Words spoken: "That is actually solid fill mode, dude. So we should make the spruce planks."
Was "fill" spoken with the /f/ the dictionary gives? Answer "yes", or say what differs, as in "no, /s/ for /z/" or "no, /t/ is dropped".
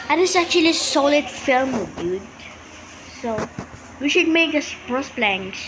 yes